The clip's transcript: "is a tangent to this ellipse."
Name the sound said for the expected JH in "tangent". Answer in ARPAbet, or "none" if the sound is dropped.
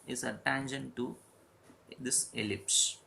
SH